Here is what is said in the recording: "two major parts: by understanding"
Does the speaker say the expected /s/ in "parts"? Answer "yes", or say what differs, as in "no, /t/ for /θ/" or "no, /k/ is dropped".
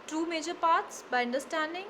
yes